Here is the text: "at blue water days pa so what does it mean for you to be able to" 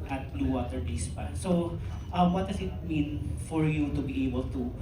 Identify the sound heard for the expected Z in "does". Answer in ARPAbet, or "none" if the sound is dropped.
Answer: S